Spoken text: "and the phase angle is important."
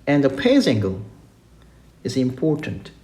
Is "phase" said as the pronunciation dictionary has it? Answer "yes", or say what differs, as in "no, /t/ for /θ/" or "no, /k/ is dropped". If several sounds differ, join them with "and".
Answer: no, /p/ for /f/